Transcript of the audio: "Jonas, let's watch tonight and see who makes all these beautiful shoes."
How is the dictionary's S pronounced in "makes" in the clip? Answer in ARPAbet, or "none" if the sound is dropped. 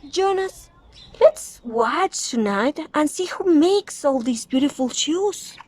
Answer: S